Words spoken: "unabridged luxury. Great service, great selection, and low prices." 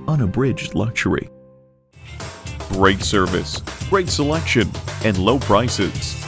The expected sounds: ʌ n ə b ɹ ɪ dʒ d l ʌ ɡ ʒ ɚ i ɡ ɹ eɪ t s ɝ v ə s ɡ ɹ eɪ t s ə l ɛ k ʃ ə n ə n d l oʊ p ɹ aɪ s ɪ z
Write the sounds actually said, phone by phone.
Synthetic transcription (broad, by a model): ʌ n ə b ɹ ɪ dʒ d l ʌ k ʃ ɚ i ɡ ɹ eɪ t s ɝ v ə s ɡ ɹ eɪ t s ə l ɛ k ʃ ə n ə n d l oʊ p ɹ aɪ s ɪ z